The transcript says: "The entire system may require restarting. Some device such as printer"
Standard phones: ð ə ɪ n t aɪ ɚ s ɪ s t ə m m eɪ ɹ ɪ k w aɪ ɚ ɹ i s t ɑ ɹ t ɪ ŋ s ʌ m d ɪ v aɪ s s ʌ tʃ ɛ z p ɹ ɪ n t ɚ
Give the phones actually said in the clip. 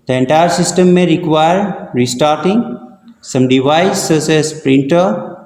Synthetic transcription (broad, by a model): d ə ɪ n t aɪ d s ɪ s t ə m m eɪ ɹ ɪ k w aɪ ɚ ɹ i s t ɑ ɹ t ɪ ŋ s ʌ m d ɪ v aɪ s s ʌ s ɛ s p ɹ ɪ n t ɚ